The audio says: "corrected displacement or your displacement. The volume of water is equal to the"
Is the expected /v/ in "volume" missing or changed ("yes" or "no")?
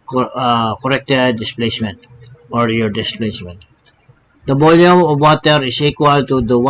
yes